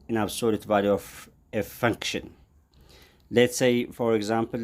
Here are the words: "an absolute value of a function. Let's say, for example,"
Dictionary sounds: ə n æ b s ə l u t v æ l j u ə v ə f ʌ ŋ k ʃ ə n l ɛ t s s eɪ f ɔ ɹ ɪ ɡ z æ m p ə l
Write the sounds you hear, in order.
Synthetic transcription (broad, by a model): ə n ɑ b s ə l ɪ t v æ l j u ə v ə f ʌ ŋ k ʃ ə n l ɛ t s s eɪ f ɔ ɹ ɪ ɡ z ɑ m p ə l